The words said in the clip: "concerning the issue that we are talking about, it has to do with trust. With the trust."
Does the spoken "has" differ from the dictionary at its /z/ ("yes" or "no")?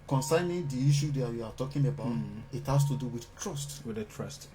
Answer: yes